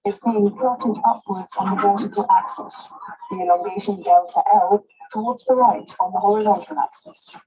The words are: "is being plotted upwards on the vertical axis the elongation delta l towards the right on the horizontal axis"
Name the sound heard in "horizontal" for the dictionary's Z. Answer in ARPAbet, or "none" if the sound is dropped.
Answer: Z